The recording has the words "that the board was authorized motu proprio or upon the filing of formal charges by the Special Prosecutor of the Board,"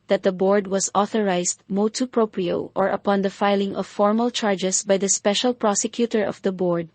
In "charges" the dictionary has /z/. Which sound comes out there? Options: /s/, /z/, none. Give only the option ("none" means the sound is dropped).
/s/